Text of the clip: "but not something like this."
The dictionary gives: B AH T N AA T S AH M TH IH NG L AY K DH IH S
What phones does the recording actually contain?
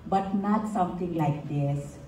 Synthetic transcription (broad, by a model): B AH T N AA T S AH M T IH NG L AY K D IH S